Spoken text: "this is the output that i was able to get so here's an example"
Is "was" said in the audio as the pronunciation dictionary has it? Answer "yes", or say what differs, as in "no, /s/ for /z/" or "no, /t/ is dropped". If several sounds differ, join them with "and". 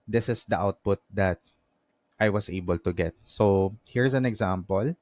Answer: no, /s/ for /z/